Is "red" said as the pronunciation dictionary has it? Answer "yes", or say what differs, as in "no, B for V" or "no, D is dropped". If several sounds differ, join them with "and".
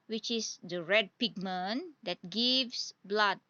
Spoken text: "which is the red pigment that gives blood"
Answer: yes